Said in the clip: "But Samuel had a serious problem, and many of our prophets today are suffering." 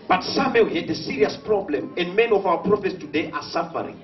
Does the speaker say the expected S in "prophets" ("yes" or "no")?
yes